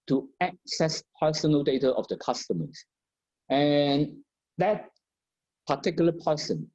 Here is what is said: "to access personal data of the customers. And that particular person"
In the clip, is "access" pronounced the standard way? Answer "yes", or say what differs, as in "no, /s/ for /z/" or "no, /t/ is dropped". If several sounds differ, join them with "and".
yes